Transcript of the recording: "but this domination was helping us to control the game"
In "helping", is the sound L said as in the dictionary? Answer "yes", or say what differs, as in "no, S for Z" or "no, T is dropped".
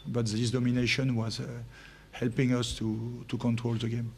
yes